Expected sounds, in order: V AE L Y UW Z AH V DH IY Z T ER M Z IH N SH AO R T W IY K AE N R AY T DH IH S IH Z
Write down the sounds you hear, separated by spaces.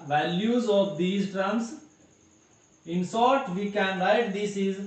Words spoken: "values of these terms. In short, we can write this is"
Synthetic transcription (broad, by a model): V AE L Y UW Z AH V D IY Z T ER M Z IH N S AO R T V IY K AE N R AY T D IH S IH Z